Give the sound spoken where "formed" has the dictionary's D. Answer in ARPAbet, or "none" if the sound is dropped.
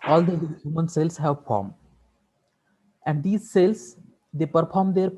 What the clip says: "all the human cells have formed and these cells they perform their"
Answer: none